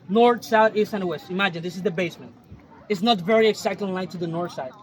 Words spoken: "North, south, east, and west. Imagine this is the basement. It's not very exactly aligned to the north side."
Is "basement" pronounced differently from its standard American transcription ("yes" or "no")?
no